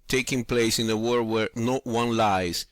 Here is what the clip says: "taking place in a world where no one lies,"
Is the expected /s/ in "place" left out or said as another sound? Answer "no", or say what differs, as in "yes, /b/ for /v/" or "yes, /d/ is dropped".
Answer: no